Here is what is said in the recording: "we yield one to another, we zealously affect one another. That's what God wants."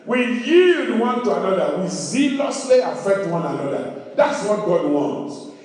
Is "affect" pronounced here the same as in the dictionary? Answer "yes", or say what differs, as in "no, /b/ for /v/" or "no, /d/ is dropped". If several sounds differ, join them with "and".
yes